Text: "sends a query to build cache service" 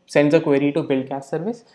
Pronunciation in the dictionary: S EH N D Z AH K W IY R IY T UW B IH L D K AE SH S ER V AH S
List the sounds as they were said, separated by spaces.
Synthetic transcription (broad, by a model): S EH N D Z AH K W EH R IY T UW B IH L D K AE S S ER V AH S